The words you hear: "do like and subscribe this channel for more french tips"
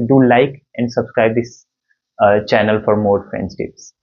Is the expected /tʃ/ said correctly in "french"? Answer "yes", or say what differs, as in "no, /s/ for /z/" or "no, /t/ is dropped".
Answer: no, /s/ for /tʃ/